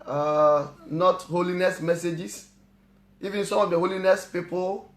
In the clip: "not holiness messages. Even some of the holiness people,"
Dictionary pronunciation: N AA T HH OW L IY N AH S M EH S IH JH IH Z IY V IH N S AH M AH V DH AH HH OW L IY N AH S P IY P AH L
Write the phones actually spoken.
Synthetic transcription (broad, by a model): N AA T HH OW L IY N AH S M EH S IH JH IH S IY V IH N S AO M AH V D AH HH OW L IY N AH S P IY P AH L